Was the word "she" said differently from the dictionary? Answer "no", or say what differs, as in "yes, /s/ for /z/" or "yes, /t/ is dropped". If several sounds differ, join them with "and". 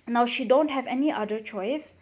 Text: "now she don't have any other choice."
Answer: no